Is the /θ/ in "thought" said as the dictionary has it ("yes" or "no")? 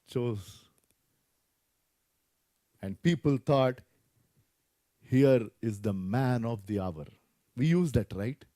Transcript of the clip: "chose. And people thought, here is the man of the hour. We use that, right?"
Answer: no